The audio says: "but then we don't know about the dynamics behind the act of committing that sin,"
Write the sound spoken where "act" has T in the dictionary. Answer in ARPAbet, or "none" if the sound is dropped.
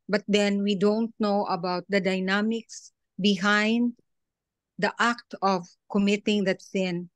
T